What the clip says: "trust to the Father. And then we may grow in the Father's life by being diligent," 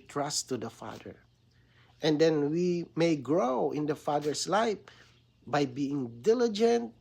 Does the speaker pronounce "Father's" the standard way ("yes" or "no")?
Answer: no